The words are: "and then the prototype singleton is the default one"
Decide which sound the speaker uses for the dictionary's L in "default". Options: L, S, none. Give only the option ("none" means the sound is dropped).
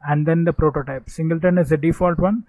L